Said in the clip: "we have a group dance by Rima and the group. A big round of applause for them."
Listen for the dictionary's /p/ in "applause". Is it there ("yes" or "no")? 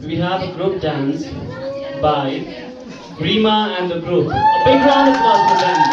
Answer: no